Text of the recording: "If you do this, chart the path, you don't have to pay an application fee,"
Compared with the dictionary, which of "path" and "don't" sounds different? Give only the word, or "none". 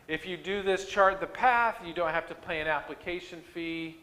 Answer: none